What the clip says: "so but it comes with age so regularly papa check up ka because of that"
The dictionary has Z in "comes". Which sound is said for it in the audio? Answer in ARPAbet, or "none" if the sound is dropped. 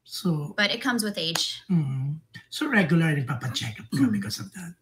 Z